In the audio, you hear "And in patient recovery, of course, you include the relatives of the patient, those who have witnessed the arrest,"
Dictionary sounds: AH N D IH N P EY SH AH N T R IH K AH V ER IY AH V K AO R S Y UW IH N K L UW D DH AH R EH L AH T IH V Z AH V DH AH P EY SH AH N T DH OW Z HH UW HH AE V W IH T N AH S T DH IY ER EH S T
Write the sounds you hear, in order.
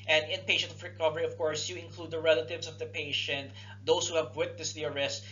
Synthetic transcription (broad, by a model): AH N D IH N P EY SH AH N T R IH K AH V ER IY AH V K AO R S Y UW IH N K L UW D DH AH R EH L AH T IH V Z AH V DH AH P EY SH AH N T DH OW S HH UW HH AE V W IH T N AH S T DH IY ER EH S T